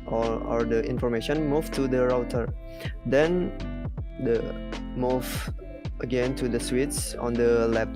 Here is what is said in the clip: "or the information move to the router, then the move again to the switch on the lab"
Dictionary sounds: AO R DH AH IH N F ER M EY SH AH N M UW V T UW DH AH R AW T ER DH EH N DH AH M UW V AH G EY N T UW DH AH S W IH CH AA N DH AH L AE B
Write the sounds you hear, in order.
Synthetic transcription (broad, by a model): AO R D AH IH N F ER M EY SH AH N M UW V T UW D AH R AW T ER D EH N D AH M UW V AH G EY N T UW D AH S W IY S AA N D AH L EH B